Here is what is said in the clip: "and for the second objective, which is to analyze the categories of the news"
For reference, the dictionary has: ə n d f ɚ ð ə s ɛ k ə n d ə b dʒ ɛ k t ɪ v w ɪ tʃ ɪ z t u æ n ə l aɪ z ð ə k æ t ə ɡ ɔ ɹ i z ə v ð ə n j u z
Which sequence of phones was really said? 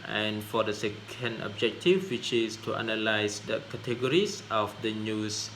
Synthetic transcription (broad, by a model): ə n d f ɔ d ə s ɛ k ə n d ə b dʒ ɛ k t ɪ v w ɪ tʃ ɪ s t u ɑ n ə l aɪ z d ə k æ t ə ɡ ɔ ɹ i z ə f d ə n j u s